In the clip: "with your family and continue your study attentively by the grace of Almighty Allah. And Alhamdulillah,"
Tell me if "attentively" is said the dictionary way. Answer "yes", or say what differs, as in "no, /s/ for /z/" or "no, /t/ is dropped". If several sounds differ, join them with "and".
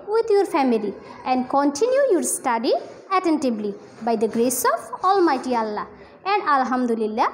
no, /b/ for /v/